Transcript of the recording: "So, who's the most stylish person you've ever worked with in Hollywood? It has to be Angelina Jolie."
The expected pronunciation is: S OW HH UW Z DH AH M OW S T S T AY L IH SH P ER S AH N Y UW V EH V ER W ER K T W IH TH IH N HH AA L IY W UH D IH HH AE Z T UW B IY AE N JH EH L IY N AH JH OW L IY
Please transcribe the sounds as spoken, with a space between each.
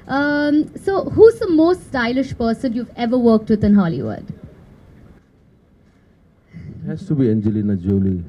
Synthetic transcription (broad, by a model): S OW HH UW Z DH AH M OW S T S T AY L IH SH P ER S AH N Y UW V EH V ER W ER K T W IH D IH N HH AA L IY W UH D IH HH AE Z T UW B IY AE N JH EH L IY N AH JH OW L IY